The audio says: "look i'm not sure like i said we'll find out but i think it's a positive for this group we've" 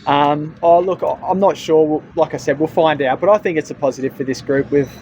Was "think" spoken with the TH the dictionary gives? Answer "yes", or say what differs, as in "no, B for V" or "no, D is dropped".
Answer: yes